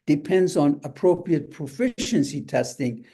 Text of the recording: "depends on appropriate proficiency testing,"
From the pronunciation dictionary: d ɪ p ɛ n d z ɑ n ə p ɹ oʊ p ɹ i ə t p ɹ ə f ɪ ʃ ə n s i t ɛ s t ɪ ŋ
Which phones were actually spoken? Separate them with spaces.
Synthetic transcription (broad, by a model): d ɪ p ɛ n d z ɑ n ə p ɹ oʊ p ɹ i ə t p ɹ ə f ɪ ʃ ə n s i t ɛ s t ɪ ŋ